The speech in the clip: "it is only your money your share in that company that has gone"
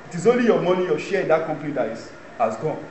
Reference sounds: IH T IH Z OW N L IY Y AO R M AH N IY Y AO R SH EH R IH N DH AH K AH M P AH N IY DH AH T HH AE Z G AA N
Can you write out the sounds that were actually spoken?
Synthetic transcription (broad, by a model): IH T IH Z OW N L IY Y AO M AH N IY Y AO SH EH R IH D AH K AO M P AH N IY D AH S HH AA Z G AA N